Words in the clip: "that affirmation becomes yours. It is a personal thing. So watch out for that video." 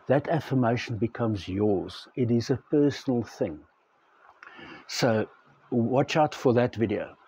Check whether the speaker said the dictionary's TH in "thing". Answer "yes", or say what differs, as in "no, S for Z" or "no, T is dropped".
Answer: yes